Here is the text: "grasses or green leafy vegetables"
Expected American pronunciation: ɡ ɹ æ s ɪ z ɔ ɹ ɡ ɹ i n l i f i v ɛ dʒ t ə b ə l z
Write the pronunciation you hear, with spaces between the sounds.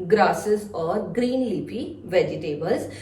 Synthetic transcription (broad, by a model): ɡ ɹ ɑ s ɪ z ɔ ɹ ɡ ɹ i n l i p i v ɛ dʒ t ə b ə l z